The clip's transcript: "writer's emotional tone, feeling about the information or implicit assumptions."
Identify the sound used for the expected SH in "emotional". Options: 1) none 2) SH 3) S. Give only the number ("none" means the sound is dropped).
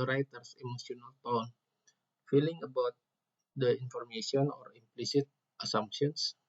3